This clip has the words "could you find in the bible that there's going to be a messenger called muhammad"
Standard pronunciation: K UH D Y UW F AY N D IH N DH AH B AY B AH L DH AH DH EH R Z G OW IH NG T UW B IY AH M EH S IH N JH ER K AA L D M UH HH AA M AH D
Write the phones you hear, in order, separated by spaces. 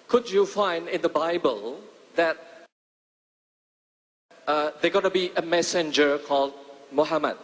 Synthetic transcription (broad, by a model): K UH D Y UW F AY N D IH N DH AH B AY B AH L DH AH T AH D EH G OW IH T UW B IY AH M EH S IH N JH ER K AA L D M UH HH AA M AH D